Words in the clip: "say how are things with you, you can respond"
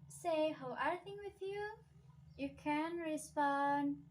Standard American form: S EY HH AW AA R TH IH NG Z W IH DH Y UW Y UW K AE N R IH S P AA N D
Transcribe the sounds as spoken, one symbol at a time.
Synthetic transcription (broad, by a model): S EY HH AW AA R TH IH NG W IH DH Y UW Y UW K AE N R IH S P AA N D